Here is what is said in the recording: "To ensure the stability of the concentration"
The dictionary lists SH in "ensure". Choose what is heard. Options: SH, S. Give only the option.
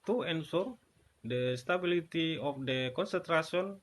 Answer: S